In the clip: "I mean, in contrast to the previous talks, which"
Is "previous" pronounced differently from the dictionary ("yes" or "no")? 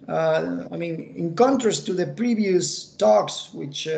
no